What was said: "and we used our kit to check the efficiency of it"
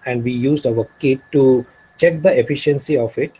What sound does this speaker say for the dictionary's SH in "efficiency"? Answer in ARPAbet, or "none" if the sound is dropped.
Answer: SH